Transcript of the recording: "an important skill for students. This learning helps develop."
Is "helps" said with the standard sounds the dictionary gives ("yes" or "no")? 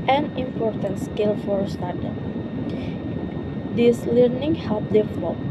no